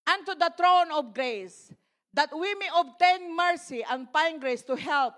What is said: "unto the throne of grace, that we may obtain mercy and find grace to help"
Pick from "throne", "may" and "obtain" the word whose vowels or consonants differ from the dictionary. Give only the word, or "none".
throne